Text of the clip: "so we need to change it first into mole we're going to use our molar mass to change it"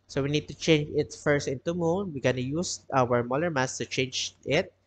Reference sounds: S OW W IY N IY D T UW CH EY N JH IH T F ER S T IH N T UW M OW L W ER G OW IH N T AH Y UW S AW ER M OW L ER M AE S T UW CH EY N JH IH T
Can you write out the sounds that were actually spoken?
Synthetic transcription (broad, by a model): S OW W IY N IY D T UW CH EY N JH IH T F ER S T IH N T UW M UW N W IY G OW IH N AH Y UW S AW ER M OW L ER M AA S T UW CH EY N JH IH T